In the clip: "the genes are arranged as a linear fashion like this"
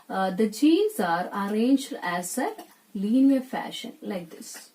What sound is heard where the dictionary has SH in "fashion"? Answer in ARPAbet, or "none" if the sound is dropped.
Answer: SH